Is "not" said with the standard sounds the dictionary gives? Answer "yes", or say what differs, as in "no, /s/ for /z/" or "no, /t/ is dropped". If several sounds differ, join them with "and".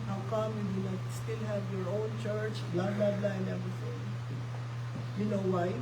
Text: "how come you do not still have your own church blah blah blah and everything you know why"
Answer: no, /l/ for /n/